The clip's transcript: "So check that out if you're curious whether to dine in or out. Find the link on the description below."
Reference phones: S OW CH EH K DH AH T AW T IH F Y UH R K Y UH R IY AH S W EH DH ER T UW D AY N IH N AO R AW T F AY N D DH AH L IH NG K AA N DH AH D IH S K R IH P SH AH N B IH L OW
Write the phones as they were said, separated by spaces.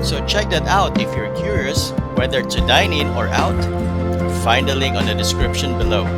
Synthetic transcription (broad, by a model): S OW CH EH K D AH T AW T IH F Y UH R K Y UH R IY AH S W EH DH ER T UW D AY N IH N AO R AW T F AY N D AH L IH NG AA N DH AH D IH S K R IH P SH AH N B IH L OW